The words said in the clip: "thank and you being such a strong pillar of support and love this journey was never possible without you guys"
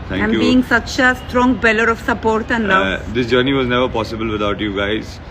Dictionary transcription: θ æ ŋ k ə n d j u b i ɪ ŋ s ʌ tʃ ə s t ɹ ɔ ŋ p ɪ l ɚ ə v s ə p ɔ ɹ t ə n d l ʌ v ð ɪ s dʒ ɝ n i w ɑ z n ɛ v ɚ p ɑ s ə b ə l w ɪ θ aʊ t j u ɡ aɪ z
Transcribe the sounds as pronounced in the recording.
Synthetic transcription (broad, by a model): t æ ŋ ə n j u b i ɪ ŋ s ʌ tʃ ə s t ɹ ɔ ŋ b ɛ l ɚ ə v s ə p ɔ ɹ t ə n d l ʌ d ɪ s dʒ ɝ n i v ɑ z n ɛ v ɚ p ɑ s ə b ə l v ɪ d aʊ t j u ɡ aɪ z